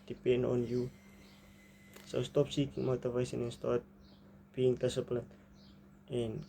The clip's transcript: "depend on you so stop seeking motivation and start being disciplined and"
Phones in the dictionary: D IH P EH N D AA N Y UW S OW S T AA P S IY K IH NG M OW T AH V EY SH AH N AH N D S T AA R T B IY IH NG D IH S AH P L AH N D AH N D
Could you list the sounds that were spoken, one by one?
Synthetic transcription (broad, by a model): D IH P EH N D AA N Y UW S OW S T AA P S IY K IH NG M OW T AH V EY S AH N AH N S T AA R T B IY NG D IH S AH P L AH N AH N